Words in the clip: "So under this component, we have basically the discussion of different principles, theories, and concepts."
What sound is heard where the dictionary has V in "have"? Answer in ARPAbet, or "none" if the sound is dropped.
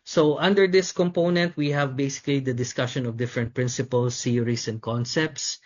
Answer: V